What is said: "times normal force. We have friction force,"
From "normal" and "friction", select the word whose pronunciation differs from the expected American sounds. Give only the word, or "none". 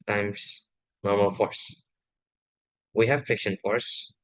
friction